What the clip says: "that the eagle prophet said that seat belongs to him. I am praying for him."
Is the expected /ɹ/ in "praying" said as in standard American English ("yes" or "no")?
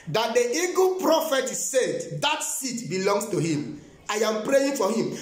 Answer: yes